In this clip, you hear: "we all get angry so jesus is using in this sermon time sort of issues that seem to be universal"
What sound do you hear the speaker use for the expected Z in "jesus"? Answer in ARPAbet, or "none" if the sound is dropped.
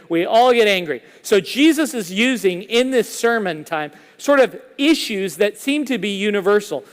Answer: Z